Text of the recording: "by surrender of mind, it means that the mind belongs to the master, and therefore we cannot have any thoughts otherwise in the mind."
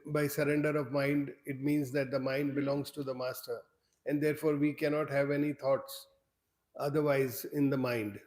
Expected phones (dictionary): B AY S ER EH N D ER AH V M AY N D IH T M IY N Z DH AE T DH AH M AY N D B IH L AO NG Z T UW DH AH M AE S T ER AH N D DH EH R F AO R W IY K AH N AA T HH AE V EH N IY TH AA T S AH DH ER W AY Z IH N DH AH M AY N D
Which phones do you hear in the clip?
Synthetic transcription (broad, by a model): B AY S ER EH N D ER AH V M AY N D IH T M IY N Z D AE T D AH M AY N D B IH L AO NG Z T UW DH AH M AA S T ER AH N D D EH R F AO R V IY K AH N AA T HH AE V EH N IY T AA T S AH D ER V AY Z IH N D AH M AY N D